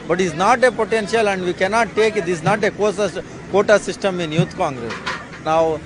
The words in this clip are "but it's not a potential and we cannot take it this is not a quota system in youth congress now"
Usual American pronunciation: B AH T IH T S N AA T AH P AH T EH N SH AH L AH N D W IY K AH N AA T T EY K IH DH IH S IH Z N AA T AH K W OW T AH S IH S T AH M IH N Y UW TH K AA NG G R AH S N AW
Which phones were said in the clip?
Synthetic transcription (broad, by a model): B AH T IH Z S N AA T AH P AH T EH N SH AH L AH N D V IY K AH N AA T T EY K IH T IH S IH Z N AA T AH K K OW T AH S IH S T AH M IH N Y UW T K AA NG G R AH S N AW